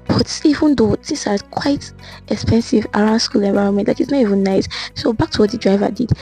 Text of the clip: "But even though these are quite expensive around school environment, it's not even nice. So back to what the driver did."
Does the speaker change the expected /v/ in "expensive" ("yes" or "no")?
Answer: no